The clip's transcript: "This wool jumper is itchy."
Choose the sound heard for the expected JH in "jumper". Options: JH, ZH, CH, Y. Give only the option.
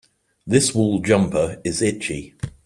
JH